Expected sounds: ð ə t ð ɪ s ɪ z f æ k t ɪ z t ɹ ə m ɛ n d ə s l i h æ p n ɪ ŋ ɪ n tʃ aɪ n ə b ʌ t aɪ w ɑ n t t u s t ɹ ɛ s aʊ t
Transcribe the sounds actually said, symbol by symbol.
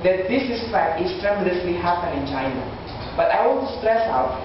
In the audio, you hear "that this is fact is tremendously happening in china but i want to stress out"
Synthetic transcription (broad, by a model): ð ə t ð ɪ s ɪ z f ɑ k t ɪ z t ɹ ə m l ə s l i h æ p ɪ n ɪ n tʃ aɪ n ə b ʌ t aɪ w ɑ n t t u s t ɹ ɛ s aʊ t